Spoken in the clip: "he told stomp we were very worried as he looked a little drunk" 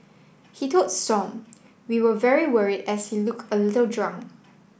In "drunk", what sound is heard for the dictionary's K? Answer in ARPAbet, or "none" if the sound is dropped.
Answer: none